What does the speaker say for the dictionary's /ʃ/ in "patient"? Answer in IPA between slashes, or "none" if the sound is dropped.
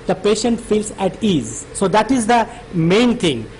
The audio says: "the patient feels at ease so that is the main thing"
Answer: /ʃ/